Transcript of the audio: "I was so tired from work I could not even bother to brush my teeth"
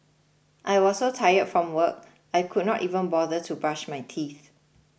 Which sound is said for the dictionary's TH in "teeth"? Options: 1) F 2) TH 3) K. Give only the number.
2